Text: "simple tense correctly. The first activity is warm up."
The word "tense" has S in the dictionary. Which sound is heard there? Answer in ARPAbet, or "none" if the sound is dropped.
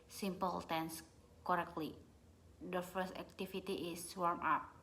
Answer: S